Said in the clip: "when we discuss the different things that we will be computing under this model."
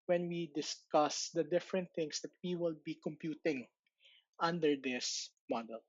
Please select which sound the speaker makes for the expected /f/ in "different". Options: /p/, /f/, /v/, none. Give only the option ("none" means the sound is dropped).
/f/